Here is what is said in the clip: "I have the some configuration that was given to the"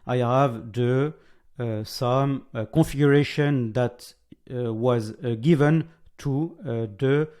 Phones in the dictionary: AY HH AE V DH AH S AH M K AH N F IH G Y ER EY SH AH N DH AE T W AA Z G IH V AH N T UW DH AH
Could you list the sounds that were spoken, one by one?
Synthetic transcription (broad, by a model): AY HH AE V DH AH S AH M K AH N F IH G Y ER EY SH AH N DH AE T W AA Z G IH V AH N T UW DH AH